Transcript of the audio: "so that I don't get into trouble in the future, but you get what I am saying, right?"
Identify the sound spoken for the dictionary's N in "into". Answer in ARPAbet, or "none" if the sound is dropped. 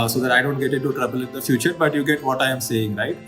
none